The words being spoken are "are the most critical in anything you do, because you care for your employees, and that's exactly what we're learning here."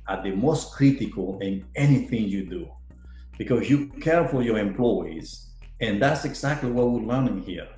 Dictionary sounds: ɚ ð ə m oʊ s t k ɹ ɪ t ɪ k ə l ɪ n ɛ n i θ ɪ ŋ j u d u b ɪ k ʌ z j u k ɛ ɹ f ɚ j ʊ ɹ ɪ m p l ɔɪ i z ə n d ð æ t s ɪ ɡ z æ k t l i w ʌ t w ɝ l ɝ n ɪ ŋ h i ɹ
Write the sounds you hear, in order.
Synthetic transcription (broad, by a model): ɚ ð ə m oʊ s t k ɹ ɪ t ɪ k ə l ɪ n ɛ n i θ ɪ ŋ j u d u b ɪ k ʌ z j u k ɛ ɹ f ɚ j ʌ ɹ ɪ m p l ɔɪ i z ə n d ð æ t s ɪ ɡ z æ k t l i w ʌ t w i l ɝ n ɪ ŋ h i ɹ